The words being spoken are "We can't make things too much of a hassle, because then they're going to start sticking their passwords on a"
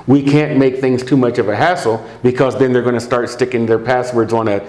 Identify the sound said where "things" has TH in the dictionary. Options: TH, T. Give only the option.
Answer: TH